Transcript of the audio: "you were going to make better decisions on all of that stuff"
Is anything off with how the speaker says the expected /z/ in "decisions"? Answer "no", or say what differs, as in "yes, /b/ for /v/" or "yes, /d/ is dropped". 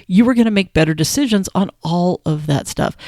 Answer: no